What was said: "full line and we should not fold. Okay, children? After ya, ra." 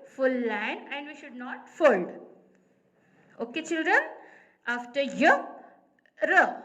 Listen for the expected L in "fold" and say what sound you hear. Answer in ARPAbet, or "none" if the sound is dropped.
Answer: L